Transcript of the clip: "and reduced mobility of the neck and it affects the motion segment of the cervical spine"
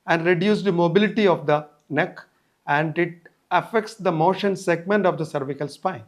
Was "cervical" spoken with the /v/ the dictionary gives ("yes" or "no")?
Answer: yes